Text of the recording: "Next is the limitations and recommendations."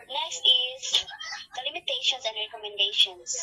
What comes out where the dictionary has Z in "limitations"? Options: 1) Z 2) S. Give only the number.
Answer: 2